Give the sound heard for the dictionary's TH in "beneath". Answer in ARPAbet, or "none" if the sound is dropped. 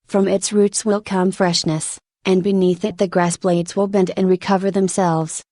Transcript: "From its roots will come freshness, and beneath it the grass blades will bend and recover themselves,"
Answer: TH